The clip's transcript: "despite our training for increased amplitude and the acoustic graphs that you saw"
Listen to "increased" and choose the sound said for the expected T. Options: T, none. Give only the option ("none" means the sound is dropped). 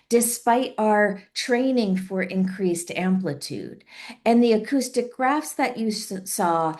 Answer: T